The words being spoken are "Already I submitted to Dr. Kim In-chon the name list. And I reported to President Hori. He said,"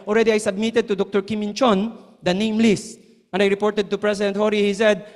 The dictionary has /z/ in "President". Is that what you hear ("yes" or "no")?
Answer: no